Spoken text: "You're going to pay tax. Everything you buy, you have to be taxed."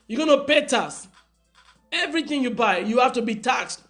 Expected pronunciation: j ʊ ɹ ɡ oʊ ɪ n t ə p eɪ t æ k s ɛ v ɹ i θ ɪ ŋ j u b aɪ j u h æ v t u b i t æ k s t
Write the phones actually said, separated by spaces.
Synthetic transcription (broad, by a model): j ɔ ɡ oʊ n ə p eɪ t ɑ s ɛ v ɹ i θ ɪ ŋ j u b aɪ j u h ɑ f t u b i t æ k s t